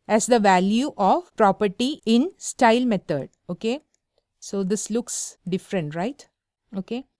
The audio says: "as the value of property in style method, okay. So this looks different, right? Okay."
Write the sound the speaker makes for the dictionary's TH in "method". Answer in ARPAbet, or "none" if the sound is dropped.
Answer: T